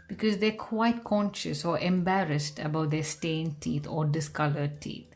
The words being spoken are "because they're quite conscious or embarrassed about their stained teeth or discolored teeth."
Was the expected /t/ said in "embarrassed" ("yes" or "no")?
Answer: yes